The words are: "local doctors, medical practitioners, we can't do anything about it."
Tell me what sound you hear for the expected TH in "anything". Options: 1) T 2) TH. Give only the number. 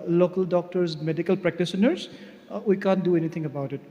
1